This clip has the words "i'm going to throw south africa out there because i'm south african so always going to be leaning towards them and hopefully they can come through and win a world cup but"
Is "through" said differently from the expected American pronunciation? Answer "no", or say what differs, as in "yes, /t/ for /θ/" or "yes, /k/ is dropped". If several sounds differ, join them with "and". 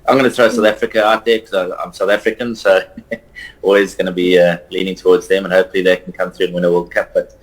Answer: no